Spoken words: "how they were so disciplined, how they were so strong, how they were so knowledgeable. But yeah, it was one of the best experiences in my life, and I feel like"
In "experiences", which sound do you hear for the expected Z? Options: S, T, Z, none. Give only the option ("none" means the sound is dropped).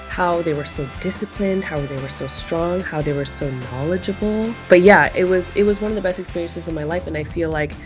Z